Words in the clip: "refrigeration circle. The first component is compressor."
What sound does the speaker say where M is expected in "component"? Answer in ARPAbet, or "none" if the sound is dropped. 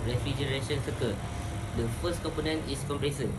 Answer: M